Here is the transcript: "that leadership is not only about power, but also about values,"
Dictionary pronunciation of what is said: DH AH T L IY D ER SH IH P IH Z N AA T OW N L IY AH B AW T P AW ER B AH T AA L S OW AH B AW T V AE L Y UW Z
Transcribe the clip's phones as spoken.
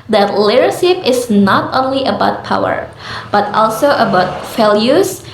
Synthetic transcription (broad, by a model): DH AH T L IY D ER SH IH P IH S N AA T OW N L IY AH B AW T P AW ER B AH T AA L S OW AH B AW T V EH L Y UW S